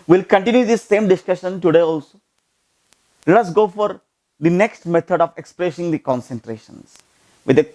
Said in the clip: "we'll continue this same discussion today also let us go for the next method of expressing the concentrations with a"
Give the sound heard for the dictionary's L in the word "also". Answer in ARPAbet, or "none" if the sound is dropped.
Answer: L